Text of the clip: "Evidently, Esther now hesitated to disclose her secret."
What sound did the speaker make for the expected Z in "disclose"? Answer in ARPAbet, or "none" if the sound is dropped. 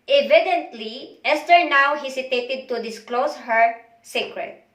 S